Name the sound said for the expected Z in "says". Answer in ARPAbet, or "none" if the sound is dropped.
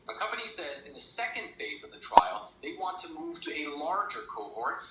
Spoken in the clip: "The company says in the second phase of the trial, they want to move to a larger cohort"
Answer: Z